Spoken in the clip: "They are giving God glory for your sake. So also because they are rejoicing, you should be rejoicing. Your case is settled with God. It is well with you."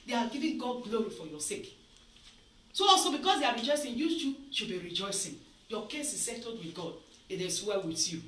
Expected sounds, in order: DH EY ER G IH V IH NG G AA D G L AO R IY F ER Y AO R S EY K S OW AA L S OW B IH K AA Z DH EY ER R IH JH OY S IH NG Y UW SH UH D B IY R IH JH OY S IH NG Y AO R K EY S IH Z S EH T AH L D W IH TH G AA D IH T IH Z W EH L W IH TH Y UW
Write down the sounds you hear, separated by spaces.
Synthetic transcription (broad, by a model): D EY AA G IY V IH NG G AA D G L AO R IY F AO Y AO S EY K S OW AA L S OW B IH K AA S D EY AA R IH JH OY S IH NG Y UW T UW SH B IY R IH JH OY S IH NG Y AO K EY S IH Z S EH T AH D W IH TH G AA D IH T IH S W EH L W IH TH Y UW